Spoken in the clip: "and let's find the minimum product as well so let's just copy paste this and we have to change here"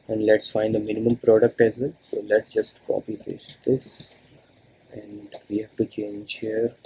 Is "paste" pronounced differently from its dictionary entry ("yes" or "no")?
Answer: yes